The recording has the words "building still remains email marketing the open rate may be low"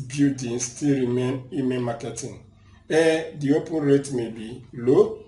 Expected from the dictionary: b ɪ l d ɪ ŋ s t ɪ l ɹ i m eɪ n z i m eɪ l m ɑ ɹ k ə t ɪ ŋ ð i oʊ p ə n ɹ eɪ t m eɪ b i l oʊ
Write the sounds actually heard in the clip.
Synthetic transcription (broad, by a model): b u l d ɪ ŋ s t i l ɹ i m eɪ n i m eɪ n m ɑ k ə t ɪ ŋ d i oʊ p ə n ɹ eɪ t m eɪ b i l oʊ